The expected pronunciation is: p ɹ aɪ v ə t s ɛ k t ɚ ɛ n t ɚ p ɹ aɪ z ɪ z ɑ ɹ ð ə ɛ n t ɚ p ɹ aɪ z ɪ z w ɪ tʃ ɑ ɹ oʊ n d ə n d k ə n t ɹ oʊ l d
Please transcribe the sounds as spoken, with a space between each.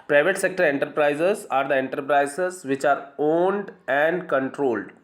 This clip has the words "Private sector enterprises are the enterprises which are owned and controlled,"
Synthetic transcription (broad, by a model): p ɹ aɪ v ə t s ɛ k t ɚ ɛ n t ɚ p ɹ aɪ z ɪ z ɑ ɹ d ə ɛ n t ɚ p ɹ aɪ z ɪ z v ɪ tʃ ɑ ɹ oʊ n d ə n d k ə n t ɹ oʊ l d